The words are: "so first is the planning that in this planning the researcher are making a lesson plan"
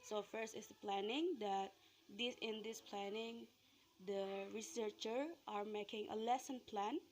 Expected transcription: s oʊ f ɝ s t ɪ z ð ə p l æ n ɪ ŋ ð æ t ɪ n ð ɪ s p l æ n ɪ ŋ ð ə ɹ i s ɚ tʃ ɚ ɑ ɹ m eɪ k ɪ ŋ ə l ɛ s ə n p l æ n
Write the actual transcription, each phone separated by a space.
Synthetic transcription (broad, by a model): s oʊ f ɝ s t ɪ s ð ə p l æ n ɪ ŋ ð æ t ɪ n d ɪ s p l æ n ɪ ŋ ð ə ɹ i s ɚ tʃ ɚ ɑ ɹ m eɪ k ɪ ŋ ə l ɛ s ə n p l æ n